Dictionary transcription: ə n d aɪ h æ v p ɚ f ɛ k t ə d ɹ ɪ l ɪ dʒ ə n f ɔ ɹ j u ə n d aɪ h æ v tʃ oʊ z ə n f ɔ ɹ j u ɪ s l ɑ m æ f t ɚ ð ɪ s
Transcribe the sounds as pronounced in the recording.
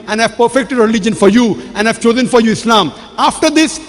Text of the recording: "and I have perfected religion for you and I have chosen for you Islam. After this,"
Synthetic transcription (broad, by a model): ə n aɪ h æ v p ɚ f ɛ k t ə d ɹ ɪ l ɪ dʒ ə n f ɔ ɹ j u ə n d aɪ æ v tʃ oʊ z ə n f ɔ ɹ j u ɪ s l ɑ m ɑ f t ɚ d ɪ s